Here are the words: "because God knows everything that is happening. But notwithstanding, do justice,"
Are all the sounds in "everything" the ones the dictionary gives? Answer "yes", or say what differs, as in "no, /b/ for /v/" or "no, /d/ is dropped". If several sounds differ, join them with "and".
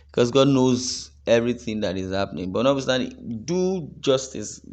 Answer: yes